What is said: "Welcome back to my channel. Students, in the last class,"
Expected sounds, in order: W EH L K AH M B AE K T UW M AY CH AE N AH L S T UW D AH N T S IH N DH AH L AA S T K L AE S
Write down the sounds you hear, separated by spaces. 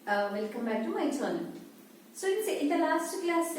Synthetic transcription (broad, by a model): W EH L K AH M B AE K T UW M AY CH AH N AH N S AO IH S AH T IH N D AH L AA S T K L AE S